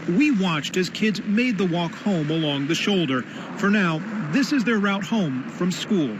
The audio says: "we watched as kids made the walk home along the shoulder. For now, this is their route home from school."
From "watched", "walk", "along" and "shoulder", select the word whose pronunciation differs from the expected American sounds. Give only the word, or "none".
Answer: none